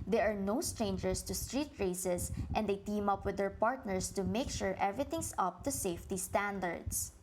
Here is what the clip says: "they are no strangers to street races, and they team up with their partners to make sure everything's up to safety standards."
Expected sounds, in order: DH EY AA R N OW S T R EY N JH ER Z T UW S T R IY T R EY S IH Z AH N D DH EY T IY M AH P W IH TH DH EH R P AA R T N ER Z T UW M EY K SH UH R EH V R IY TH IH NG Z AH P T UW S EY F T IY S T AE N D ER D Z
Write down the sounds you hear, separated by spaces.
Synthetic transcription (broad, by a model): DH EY AA R N OW S T R EY N JH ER S T UW S T R IY T R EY S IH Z AH N D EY T IY M AH P W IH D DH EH R P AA R T N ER S T UW M EY K SH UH R EH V R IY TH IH NG S AH P T UW S EY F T IY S T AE N D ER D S